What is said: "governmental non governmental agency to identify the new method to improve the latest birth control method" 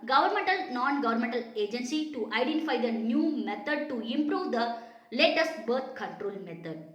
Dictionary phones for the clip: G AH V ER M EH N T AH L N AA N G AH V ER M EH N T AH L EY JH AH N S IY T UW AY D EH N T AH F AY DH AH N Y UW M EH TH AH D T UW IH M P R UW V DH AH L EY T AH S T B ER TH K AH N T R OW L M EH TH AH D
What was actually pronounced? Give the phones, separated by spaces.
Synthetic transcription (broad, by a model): G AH V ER M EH N T AH L N AA N G AH V ER M EH N T AH L EY JH AH N S IY T UW AY D EH N T AH F AY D AH N Y UW M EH T AH D T UW IH M P R UW V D AH L EY T AH S T B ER T K AH N T R OW L M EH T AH D